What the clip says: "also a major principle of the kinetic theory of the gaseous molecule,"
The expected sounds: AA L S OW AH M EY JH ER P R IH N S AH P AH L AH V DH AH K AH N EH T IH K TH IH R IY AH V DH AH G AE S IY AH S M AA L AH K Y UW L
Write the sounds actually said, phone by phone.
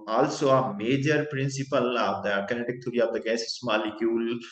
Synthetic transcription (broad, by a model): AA L S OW AH M EY JH ER P R IH N S AH P AH L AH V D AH K AH N EH T IH K T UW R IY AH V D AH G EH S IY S M AA L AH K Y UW L